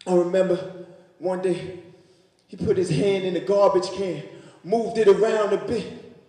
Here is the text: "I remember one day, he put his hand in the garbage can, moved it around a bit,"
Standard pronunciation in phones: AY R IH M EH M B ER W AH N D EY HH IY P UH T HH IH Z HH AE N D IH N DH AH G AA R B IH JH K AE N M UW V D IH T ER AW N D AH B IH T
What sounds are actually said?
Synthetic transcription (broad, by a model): AY R IH M EH M B ER W AH N D EY IY P UH T HH IH Z HH AE N D IH N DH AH G AA R B IH JH K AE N M UW V D IH T ER AW N D AH B IH T